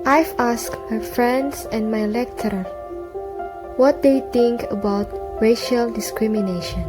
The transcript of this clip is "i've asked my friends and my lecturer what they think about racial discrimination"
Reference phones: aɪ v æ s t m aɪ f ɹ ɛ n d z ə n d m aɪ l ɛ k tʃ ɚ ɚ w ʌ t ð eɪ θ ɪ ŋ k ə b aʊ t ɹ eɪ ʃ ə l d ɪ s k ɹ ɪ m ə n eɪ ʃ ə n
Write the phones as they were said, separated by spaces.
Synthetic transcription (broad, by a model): aɪ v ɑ s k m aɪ f ɹ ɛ n d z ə n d m aɪ l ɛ k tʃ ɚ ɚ w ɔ t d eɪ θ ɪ ŋ k ə b aʊ t ɹ eɪ ʃ ə l d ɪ s k ɹ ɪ m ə n eɪ ʃ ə n